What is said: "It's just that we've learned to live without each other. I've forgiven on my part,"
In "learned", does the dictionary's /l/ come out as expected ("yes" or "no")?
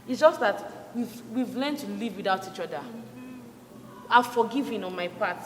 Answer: no